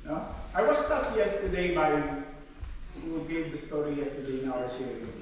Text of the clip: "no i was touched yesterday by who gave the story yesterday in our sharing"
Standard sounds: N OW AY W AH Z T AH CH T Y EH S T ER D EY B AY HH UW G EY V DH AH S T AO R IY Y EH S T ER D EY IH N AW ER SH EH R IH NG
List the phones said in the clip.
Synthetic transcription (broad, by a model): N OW AY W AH S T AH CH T Y EH S T ER D EY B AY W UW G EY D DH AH S T AO R IY Y EH S T ER D EY IH N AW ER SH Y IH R